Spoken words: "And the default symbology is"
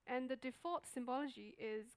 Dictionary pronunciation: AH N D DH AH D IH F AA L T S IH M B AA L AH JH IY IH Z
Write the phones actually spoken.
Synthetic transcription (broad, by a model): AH N DH AH D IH F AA T S IH M B AA L AH JH IY IH Z